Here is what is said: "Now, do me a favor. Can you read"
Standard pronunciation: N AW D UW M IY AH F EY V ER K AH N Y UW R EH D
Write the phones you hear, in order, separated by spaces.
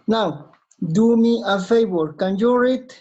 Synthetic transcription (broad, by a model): N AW D UW M IY AH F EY B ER K AH N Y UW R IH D